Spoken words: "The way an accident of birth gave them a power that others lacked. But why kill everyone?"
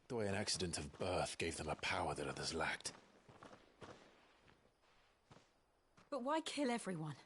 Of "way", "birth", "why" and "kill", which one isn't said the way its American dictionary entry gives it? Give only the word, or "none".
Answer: none